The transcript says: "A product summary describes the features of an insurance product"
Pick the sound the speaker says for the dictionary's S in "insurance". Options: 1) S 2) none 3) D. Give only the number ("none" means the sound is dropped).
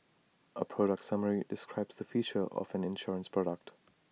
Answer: 1